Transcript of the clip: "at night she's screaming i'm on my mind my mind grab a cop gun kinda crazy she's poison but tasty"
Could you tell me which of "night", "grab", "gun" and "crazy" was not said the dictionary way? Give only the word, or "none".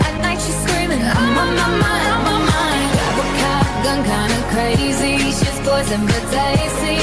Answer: grab